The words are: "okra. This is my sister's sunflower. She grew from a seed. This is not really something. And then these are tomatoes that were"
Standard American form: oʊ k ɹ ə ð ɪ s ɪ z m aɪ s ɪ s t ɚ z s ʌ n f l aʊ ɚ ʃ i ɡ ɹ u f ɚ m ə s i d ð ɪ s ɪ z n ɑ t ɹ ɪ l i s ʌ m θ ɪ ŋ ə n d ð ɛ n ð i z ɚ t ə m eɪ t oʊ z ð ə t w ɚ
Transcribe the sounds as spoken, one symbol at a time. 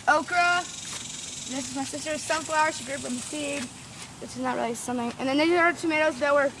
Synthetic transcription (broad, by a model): oʊ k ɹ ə ð ɪ s ɪ z m aɪ s ɪ s t ɚ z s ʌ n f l aʊ ɚ ʃ i ɡ ɹ u p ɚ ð ə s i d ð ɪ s ɪ z n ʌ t ɹ ɪ l i s ʌ m θ ɪ ŋ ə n ð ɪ n ð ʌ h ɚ t ə m eɪ t oʊ z ð ə t w ɚ